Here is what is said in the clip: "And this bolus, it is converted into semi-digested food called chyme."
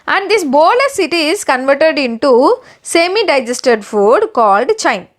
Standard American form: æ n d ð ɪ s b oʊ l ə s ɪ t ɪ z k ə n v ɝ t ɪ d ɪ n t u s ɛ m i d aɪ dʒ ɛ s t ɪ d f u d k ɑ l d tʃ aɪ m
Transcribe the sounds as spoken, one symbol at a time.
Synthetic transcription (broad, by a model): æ n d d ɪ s b oʊ l ə s ɪ t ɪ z k ə n v ɝ t ɪ d ɪ n t u s ɛ m i d aɪ dʒ ɛ s t ɪ d f u d k ɑ l d tʃ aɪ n